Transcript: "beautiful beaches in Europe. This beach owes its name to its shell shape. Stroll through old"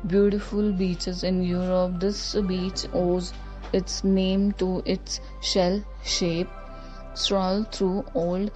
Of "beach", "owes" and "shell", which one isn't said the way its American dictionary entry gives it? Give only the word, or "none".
none